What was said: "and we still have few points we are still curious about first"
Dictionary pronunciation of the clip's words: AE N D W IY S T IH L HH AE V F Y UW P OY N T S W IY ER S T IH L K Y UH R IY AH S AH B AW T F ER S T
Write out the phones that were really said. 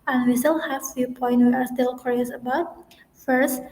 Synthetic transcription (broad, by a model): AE N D W IY S T IH L HH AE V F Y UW P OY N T W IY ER S T IH L K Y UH R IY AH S AH B AW T F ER S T